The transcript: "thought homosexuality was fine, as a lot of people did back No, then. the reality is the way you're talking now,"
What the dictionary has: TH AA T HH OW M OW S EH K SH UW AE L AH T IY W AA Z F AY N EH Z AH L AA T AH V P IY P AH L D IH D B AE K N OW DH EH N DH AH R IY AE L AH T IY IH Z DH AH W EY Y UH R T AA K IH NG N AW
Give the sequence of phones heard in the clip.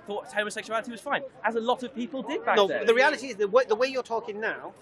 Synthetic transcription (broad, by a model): TH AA T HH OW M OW S EH K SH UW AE L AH T IY W AA Z F AY N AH Z AH L AA T AH V P IY P AH L D IH D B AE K N OW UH DH AH R IY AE L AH T IY IH Z DH AH W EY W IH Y T AA K IH NG N AW